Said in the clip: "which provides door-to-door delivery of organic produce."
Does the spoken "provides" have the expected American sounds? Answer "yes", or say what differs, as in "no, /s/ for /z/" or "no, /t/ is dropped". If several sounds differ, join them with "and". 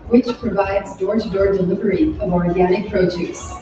yes